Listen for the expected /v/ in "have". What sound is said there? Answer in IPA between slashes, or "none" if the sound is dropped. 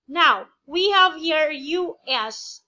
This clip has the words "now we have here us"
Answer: /v/